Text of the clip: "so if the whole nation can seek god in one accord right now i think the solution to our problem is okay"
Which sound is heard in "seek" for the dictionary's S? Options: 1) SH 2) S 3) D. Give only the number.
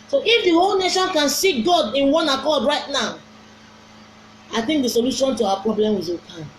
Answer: 2